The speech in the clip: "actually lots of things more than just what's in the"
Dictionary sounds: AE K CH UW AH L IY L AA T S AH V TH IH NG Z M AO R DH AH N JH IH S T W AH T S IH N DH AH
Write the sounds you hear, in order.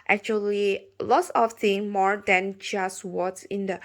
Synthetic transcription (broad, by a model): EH K CH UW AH L IY L AA T S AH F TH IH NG M AO R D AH N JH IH S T W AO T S IH N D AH